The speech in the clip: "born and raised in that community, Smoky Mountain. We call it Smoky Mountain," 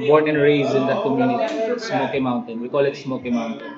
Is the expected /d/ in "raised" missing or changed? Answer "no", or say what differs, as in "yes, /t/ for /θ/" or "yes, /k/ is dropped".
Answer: yes, /d/ is dropped